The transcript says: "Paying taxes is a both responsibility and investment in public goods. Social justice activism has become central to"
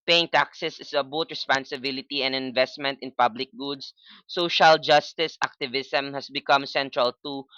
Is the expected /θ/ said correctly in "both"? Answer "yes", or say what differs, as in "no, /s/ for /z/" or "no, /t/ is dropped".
no, /t/ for /θ/